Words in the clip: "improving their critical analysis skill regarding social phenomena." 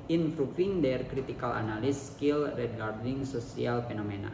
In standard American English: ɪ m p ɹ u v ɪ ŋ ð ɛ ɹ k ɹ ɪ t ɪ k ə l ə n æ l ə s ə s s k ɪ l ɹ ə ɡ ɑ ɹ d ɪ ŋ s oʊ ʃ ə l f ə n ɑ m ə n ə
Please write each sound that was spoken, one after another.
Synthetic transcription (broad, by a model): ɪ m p ɹ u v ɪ ŋ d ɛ ɹ k ɹ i t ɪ k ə l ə n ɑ l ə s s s k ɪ l ɹ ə ɡ ɑ ɹ d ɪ ŋ s oʊ s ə l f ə n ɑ m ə n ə